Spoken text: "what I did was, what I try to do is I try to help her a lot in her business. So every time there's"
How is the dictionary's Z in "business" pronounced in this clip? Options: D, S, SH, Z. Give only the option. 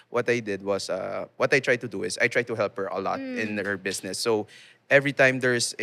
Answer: S